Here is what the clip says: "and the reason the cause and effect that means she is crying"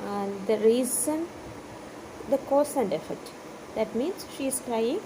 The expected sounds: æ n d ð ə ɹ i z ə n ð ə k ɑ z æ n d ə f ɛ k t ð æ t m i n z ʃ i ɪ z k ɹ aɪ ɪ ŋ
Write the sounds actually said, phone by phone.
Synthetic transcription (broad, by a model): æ n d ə ɹ i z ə n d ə k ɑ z æ n d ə f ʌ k t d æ t m i n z ʃ i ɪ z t ɹ aɪ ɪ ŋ